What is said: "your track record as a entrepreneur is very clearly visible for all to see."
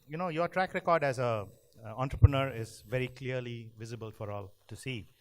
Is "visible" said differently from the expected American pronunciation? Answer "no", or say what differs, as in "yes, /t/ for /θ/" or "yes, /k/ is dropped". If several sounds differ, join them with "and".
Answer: no